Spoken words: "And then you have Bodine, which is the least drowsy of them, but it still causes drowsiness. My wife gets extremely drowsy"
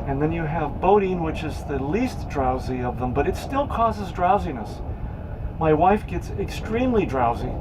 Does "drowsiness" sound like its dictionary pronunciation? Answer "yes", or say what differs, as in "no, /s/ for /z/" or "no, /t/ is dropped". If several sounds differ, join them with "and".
yes